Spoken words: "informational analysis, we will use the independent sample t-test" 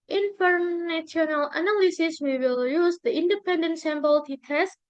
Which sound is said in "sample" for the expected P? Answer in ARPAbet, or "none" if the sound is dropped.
B